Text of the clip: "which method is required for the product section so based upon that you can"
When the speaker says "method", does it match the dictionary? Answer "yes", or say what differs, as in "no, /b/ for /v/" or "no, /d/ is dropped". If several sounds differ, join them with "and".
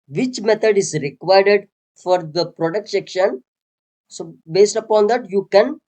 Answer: no, /t/ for /θ/